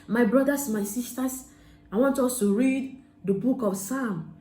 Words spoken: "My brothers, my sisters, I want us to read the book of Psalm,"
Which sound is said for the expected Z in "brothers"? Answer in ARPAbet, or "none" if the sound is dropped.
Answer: S